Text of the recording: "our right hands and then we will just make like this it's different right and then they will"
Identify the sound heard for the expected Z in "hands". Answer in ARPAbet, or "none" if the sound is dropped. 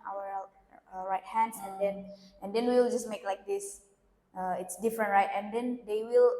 S